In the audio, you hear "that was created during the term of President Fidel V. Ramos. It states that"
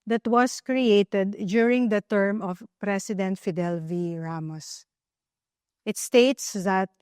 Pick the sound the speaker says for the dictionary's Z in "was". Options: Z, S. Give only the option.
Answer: S